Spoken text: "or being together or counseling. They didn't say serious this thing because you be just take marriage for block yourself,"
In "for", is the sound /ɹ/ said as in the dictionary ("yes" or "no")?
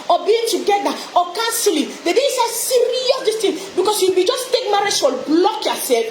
no